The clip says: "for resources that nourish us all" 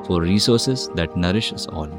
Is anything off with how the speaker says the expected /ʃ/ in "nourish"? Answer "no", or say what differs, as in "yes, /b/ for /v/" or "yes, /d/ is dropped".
no